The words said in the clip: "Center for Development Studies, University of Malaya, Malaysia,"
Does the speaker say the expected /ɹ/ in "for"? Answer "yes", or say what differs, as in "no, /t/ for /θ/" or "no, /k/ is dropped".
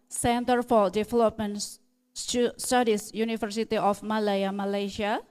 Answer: no, /l/ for /ɹ/